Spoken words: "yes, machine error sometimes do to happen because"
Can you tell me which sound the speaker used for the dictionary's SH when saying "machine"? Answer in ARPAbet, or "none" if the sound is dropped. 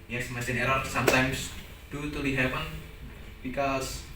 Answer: S